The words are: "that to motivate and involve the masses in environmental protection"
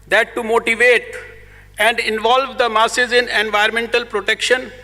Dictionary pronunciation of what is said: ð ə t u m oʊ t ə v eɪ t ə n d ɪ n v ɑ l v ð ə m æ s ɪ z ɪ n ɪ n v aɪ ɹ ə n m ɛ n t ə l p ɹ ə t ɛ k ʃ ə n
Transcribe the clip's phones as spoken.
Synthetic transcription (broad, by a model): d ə t u m oʊ t ə v eɪ t ə n d ɪ n v ɑ l v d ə m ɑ s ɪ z ɪ n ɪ n v aɪ ə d m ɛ n t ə l p ɹ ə t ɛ k ʃ ə n